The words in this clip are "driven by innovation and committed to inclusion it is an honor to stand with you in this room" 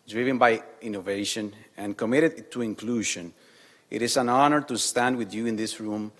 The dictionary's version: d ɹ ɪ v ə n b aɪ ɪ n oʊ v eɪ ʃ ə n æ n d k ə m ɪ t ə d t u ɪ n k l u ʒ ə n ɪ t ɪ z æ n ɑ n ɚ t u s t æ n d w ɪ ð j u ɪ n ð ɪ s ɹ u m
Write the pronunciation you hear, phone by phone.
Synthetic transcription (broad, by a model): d ɹ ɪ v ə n b aɪ ɪ n oʊ v eɪ ʃ ə n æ n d k ə m ɪ t ə d t u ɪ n k l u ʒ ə n ɪ t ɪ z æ n ɑ n ɚ t u s t æ n d w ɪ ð j u ɪ n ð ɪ s ɹ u m